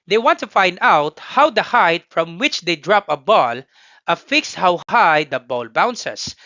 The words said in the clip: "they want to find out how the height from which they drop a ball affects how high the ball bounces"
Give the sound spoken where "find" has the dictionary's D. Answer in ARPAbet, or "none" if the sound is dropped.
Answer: D